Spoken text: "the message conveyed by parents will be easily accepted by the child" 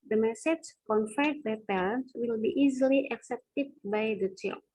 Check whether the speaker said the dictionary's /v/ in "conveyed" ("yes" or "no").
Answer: no